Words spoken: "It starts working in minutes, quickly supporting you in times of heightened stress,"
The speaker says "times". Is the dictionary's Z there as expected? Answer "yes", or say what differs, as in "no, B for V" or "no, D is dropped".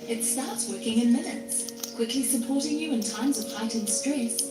yes